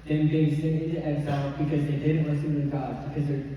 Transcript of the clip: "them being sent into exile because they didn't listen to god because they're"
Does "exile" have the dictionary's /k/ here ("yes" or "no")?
no